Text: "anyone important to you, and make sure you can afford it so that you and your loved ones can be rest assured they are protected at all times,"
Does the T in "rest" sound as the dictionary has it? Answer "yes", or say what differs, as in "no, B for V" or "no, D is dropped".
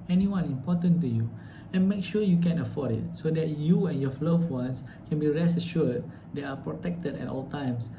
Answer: no, T is dropped